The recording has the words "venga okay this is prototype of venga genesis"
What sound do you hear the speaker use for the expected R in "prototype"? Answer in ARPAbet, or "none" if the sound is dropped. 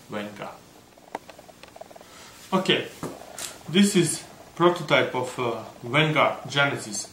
R